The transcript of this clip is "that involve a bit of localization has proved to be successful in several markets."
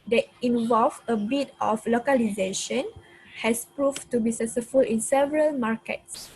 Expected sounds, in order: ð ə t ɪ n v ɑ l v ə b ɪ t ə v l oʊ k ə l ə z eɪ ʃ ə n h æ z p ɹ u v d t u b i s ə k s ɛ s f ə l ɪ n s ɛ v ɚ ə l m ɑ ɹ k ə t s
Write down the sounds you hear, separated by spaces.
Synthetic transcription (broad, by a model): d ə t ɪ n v ɑ l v ə b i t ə f l oʊ k ə l ə z eɪ ʃ ə n h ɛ s p ɹ u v t u b i s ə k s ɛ f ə l ɪ n s ɛ v ɚ ə l m ɑ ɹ k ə t s